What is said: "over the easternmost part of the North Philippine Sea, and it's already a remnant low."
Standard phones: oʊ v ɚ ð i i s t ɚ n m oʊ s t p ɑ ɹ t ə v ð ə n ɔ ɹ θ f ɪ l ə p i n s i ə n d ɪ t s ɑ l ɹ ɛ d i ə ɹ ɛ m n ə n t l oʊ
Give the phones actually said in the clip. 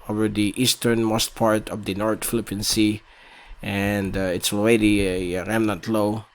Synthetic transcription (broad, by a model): oʊ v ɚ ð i i s t ɚ n m oʊ s t p ɑ ɹ t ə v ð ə n ɔ ɹ t f ɪ l ə p i n s i ə n d ɪ t s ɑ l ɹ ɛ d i ɹ ɛ m n ə n t l oʊ